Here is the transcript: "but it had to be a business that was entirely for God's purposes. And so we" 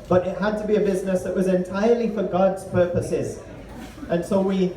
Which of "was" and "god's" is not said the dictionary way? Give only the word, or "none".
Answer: none